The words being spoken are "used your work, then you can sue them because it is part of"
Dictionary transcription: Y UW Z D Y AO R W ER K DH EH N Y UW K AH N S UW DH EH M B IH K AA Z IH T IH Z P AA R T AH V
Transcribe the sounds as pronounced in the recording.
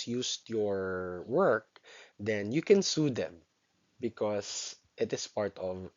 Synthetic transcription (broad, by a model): Y UW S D Y AO R W ER K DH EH N Y UW K AH N S UW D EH M B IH K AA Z IH T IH S P AA R T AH V